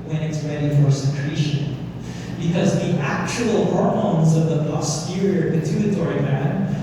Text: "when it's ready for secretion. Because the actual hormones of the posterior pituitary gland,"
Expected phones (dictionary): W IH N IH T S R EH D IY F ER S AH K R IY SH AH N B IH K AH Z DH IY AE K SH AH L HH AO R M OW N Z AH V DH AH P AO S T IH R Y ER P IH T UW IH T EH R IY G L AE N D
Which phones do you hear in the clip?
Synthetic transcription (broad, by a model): W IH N IH T S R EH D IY F ER S AH K R IY SH AH N B IH K AH Z DH IY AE K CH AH L HH AO R M OW N Z AH V DH AH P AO S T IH R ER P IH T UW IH T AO R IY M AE N